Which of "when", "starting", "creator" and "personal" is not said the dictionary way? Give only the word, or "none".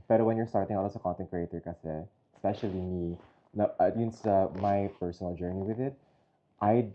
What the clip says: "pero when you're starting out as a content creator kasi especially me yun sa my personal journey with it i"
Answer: none